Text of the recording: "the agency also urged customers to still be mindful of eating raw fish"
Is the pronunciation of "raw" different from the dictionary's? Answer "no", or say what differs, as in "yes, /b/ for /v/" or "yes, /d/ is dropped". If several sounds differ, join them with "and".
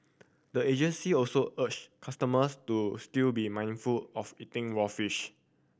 yes, /w/ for /ɹ/